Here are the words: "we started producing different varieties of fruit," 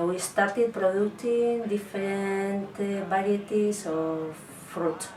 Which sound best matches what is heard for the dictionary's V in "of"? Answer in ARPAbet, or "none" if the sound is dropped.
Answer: F